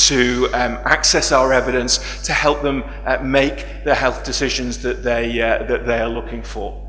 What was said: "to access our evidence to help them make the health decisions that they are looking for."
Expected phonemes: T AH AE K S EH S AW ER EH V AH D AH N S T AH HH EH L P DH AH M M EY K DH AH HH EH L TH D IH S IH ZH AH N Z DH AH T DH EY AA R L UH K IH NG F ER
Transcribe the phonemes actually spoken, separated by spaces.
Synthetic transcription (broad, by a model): T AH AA K S EH S AW ER EH V AH D AH N S T AH HH EH L P DH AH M M EY K DH AH HH EH L TH D IH S IH ZH AH N Z DH AH T DH EY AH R L UH K IH NG F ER